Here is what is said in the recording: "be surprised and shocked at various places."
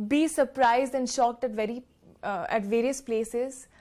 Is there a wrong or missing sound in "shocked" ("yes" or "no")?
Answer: no